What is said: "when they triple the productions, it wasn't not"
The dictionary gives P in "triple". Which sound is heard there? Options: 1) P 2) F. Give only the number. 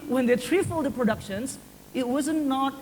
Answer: 2